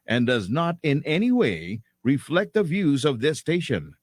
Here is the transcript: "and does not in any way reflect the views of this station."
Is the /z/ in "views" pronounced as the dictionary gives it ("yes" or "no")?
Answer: yes